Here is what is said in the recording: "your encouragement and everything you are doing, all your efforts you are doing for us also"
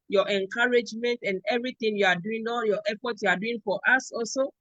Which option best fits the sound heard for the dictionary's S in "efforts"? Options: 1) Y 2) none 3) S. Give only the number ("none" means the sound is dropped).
2